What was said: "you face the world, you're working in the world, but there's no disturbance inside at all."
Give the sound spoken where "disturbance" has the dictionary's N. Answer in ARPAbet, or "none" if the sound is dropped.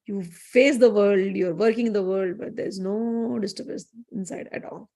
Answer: none